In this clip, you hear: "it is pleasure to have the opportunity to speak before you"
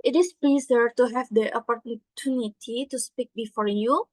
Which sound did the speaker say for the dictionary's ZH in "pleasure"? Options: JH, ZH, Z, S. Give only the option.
Z